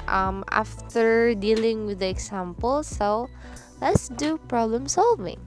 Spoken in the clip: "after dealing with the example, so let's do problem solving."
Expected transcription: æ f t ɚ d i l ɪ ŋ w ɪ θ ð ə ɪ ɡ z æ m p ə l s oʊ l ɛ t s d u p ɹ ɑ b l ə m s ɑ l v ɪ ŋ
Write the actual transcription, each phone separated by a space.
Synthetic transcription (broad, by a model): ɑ f t ɚ d i l ɪ ŋ w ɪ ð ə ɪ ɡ s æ m p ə l s oʊ l ɛ t s d u p ɹ ɑ b l ə m s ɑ l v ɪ ŋ